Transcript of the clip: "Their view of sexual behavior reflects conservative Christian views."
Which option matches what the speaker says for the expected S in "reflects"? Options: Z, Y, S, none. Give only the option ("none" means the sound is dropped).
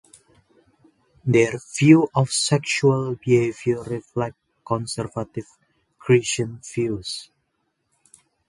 none